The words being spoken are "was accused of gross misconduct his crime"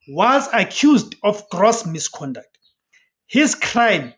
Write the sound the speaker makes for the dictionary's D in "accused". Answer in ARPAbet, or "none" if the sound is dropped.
D